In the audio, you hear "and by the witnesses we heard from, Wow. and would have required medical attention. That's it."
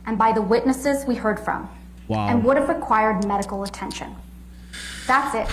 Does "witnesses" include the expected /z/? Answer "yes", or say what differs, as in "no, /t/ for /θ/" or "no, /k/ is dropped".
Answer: yes